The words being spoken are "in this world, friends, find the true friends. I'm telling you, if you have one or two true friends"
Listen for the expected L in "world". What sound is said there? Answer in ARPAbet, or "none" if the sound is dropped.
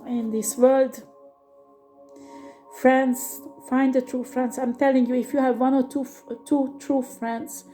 L